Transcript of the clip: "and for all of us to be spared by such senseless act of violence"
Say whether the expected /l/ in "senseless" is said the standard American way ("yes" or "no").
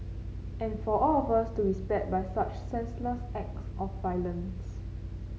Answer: yes